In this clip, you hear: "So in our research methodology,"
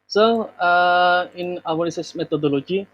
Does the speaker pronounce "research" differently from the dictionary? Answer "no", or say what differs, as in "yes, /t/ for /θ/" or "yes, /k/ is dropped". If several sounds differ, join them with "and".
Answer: yes, /s/ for /tʃ/